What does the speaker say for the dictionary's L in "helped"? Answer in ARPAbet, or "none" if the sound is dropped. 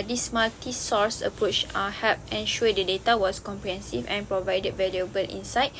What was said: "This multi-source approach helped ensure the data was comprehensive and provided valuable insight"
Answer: none